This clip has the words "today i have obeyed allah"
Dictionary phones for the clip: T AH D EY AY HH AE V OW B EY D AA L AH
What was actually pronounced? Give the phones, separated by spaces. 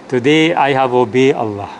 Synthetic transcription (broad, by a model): T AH D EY AY HH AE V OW B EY AA L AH